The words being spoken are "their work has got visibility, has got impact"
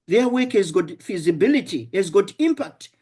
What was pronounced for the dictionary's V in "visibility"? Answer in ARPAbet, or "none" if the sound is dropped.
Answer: F